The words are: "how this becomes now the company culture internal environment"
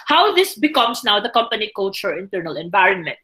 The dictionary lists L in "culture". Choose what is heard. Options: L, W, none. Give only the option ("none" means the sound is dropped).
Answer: none